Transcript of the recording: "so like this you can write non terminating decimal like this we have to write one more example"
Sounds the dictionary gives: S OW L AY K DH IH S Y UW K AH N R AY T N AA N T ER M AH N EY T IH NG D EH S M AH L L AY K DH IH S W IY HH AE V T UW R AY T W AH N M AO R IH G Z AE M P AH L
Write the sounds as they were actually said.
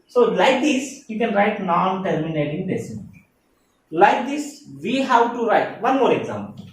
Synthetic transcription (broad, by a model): S OW L AY K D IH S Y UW K AH N R AY T N AA N T ER M AH N EY T IH NG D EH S AH N L AY K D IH S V IY HH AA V T UW R AY T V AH N M AO R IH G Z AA M P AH L